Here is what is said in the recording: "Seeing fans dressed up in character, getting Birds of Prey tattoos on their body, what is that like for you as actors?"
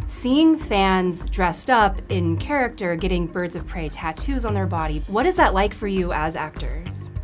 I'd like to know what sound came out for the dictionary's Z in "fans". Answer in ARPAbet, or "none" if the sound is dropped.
Z